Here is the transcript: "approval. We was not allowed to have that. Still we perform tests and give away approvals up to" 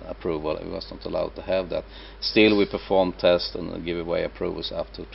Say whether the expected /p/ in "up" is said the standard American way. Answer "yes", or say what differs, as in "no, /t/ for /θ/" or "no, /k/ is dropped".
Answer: no, /f/ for /p/